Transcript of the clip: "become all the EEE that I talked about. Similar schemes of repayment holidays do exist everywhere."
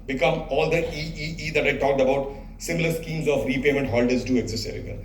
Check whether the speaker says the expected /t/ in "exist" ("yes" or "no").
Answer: no